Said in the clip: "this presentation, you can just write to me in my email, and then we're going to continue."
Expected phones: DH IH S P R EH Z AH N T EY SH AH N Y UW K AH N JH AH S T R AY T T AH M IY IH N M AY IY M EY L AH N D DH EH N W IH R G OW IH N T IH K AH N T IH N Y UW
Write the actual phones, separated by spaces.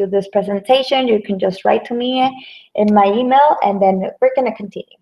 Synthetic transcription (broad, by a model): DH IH S P R EH Z AH N T EY SH AH N Y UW K AH N JH AH S T R AY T T AH M IY IH N M AY IY M EY L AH N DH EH N W IH R G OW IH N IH K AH N T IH N Y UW